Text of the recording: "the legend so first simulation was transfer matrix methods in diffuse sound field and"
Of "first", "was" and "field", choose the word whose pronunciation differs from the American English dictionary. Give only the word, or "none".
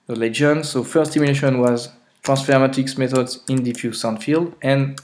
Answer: none